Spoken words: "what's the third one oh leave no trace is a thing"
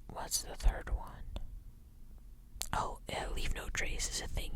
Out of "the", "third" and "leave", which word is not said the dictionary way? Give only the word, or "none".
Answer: none